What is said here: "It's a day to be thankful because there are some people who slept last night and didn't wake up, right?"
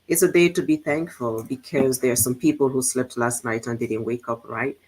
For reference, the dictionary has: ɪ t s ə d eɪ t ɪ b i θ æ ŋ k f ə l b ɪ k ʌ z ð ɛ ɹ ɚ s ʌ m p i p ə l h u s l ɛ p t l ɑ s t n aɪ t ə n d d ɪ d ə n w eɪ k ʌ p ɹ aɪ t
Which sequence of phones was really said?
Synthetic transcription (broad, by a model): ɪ t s ə d eɪ t ɪ b i θ æ ŋ k f ə l b ɪ k ʌ z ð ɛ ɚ s ʌ m p i p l h u s l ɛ p t l ɑ s t n aɪ t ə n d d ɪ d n w eɪ k ʌ p ɹ aɪ t